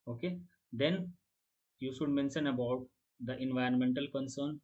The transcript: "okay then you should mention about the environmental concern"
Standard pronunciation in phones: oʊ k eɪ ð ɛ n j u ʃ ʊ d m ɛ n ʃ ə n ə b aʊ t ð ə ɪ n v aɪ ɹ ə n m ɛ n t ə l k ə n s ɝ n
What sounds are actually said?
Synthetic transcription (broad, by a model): oʊ k eɪ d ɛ n j u ʃ ʊ d m ɛ n ʃ ə n ə b aʊ t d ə ɪ n v aɪ ɹ ə n m ɛ n t ə l k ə n s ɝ n